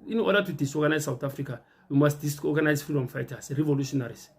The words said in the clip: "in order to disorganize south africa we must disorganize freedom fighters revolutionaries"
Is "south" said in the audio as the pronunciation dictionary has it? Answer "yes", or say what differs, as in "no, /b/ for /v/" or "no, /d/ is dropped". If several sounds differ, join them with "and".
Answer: no, /t/ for /θ/